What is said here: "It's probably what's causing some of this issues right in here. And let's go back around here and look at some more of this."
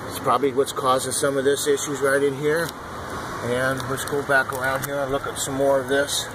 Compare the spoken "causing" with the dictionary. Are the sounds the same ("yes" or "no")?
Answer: yes